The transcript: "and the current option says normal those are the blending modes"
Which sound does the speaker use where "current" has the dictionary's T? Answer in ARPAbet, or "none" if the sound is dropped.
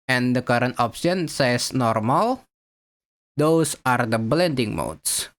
T